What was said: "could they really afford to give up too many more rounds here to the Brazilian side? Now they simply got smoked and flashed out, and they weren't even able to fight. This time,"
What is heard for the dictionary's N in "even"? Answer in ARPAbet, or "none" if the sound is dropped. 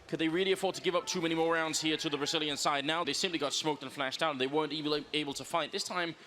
none